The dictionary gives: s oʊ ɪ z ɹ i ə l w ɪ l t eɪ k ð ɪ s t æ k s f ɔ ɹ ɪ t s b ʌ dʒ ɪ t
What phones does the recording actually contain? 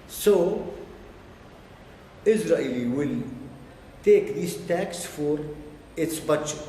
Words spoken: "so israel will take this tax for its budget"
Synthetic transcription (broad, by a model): s oʊ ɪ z ɹ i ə l w ɪ l t eɪ k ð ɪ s t æ k s f ɔ ɹ ɪ t s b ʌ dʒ